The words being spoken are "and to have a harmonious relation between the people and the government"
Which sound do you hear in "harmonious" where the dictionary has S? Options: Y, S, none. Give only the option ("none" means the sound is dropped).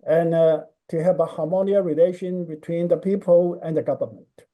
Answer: none